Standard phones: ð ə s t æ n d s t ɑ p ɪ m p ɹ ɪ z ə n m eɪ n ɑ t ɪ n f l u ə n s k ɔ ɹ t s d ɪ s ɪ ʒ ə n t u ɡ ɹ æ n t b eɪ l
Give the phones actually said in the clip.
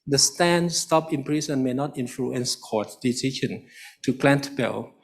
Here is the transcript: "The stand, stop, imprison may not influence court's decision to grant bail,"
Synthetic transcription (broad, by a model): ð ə s t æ n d s t ɑ p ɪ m p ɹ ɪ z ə n m eɪ n ɑ t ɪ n f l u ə n s k ɔ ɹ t d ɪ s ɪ ʃ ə n t u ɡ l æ n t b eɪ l